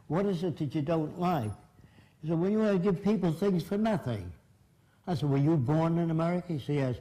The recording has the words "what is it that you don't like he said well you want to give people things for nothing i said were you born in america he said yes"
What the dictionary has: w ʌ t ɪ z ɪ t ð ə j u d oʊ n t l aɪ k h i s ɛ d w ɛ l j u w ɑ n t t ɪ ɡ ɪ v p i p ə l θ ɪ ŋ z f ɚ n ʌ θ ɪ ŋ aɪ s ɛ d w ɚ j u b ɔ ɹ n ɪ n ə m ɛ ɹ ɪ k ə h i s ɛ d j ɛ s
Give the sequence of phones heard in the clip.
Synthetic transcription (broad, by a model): w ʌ t ɪ z ɪ t ð ə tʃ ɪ d oʊ n t l aɪ k s ɛ d w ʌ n j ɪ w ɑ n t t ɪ ɡ ɪ v p i p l θ ɪ ŋ z f ɚ n ʌ θ ɪ ŋ aɪ s ɛ d w ɚ j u b ɔ ɹ n ɪ n ə m ɛ ɹ ɪ k ə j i s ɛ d j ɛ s